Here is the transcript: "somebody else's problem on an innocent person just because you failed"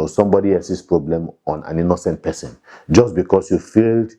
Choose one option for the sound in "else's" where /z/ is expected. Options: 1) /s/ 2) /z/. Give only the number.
1